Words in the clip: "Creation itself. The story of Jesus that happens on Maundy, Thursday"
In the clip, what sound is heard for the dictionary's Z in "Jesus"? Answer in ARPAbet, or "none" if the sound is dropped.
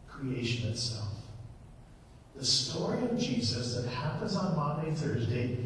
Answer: Z